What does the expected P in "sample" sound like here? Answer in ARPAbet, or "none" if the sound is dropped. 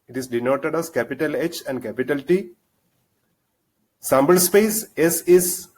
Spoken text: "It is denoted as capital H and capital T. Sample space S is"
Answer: B